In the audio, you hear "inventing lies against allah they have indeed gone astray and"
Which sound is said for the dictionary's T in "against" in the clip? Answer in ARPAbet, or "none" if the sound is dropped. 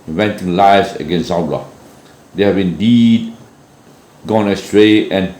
none